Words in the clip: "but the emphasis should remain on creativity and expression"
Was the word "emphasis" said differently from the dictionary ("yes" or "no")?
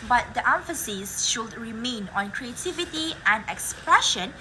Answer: no